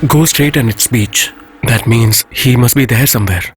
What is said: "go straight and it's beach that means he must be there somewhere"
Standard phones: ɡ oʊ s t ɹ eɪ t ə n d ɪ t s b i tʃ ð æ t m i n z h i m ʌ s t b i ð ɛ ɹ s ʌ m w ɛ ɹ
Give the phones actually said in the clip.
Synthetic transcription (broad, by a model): ɡ oʊ s t ɹ eɪ t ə n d ɪ t s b i tʃ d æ t m i n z h i m ʌ s t b i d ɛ ɹ s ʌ m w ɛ ɹ